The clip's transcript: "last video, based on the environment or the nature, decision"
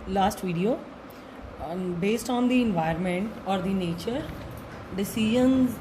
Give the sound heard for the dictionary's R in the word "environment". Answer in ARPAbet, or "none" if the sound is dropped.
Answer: none